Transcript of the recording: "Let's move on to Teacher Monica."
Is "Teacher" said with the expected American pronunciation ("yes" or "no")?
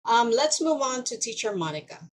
yes